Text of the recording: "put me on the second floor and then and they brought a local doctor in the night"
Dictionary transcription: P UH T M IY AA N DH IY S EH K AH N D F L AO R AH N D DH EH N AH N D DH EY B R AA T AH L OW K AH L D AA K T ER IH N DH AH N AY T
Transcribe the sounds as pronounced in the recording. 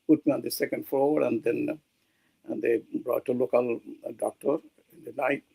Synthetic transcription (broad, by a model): P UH T M IY AA N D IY S EH K AH N D F AO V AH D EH N AH N D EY B R AA T AH L OW K AH L D AA K T ER IH N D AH N AY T